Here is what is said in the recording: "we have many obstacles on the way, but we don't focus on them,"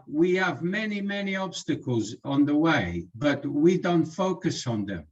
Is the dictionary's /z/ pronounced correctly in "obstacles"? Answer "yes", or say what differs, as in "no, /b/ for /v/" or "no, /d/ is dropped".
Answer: yes